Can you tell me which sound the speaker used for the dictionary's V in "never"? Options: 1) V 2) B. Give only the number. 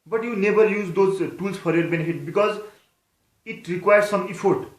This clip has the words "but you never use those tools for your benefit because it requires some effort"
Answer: 2